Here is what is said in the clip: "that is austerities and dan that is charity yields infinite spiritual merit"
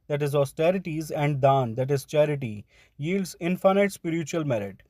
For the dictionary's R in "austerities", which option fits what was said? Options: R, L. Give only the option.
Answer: R